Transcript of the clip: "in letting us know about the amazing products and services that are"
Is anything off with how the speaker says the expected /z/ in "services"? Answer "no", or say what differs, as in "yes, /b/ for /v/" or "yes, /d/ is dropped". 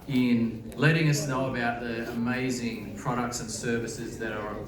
no